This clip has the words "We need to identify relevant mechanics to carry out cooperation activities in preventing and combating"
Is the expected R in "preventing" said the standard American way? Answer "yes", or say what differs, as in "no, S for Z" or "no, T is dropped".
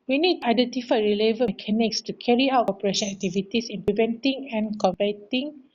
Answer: no, L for R